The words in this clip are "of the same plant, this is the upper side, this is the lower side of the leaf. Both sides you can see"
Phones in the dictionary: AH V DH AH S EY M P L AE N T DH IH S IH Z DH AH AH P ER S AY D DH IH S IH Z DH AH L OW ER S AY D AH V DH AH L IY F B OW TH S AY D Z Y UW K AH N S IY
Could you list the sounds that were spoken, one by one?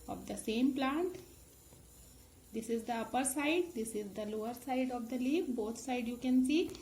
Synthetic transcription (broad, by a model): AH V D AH S EY M P L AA N T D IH S IH Z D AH AH P ER S AY D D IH S IH Z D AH L OW ER S AY D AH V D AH L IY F B OW T S AY D Y UW K AH N S IY